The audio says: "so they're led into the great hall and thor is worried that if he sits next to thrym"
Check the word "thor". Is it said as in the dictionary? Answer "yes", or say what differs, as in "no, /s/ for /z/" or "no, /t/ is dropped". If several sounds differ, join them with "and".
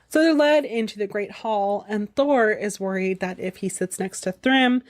yes